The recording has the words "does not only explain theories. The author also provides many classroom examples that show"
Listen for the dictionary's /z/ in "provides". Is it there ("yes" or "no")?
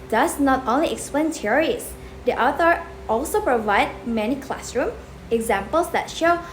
no